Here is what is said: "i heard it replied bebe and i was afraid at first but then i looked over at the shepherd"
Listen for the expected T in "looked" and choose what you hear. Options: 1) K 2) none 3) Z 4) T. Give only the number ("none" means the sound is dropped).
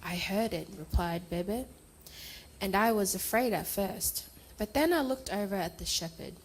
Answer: 4